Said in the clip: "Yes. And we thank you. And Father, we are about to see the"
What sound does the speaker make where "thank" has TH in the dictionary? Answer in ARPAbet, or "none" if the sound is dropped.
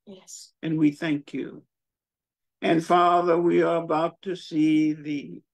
TH